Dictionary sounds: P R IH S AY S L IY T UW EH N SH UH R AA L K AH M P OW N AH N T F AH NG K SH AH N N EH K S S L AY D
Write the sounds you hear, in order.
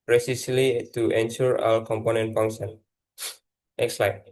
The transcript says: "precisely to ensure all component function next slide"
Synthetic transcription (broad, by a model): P R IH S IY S L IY T UW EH N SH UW R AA W K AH M P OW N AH N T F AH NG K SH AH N N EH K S S L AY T